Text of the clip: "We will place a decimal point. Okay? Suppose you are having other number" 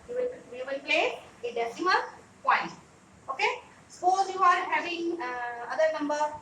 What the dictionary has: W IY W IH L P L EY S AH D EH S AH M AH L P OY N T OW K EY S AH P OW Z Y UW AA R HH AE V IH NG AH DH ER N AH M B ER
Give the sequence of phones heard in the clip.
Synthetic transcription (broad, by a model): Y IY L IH L P L EY AH D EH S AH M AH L P OY N T OW K EY S AH P OW Z Y UW AA R HH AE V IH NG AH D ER N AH M B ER